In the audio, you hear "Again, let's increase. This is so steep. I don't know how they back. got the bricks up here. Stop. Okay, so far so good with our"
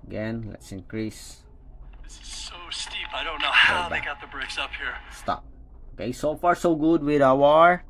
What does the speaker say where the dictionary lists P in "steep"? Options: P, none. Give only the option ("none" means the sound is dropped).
P